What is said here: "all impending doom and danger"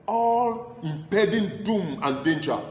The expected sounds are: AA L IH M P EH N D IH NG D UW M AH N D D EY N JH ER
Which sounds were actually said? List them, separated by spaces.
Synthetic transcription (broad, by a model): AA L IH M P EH D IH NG D UW M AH N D D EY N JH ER